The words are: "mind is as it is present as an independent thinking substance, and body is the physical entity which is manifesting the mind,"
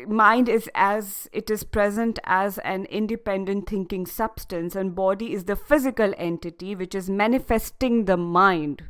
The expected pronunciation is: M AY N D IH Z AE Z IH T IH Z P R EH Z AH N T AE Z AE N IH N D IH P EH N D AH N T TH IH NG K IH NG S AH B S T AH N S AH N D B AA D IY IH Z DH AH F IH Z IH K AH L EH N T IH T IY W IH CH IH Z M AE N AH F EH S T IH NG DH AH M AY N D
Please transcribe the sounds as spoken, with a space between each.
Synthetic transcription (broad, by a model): M AY N D IH Z AE Z IH T IH Z P R EH Z AH N T AE Z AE N IH N D IH P EH N D AH N T T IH NG K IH NG S AH B S T AH N S AH N D B AA D IY IH Z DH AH F IH Z IH K AH L EH N T IH T IY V IH CH IH Z M AE N AH F EH S T IH NG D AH M AY N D